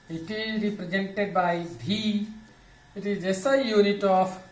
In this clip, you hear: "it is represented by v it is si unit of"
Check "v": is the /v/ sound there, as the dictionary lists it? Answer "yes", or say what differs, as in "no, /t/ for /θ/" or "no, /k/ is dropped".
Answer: no, /b/ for /v/